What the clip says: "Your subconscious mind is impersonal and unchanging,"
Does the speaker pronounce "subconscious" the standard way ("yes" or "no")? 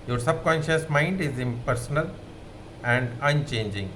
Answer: yes